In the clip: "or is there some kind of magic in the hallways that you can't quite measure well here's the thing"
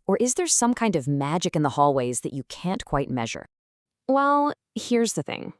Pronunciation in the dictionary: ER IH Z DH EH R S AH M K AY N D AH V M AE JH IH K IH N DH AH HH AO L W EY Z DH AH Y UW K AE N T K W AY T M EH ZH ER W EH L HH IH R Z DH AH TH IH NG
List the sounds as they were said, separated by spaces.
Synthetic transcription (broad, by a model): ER IH Z DH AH R S AH M K AY N D AH V M AE JH IH K IH N DH AH HH AO L W EY Z DH AH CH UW K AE N K W AY T M EH ZH ER W EH L HH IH R Z DH AH TH IH NG